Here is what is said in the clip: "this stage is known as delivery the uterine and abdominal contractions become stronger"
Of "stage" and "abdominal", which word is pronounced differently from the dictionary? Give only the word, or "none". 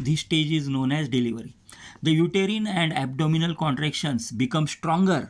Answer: none